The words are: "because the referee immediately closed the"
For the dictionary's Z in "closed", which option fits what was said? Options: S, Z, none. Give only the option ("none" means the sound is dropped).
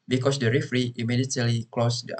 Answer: S